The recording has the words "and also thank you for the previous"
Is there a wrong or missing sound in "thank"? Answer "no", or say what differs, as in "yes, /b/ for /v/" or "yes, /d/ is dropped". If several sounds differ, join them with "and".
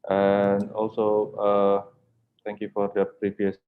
yes, /t/ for /θ/